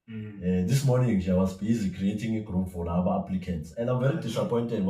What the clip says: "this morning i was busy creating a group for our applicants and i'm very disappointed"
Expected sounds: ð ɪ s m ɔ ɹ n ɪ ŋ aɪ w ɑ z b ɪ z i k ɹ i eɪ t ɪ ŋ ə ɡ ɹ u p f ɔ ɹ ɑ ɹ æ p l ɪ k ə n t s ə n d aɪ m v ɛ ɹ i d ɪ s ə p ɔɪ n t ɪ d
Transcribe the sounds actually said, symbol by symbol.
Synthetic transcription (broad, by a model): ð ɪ s m ɔ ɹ n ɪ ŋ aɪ w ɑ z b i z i k ɹ i eɪ t ɪ ŋ ə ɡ ɹ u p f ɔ l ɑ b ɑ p l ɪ k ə n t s ə n d aɪ m v ɛ ɹ i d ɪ s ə p ɔɪ n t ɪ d